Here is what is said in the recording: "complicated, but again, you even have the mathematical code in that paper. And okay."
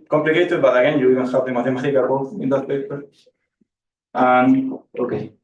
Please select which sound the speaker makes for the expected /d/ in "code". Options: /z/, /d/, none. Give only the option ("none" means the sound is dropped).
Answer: none